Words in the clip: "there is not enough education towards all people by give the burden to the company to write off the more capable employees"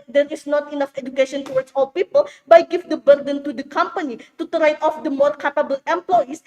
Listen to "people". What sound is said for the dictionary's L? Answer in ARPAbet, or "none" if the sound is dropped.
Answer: L